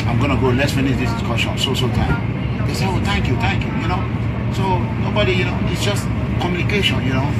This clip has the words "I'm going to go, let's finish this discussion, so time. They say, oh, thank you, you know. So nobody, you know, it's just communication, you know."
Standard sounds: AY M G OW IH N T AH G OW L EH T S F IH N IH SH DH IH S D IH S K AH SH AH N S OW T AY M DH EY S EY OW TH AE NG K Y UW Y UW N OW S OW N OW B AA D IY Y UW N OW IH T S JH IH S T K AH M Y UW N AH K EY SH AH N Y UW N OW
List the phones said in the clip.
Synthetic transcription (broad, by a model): AY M G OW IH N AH G OW L EH S F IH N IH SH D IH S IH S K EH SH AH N S OW T AY M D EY S EY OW T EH NG K Y UW Y UW N OW S OW N OW B AA D IY Y UW N OW IH T S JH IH S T K AH M Y UW N AH K EY SH AH N Y UW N OW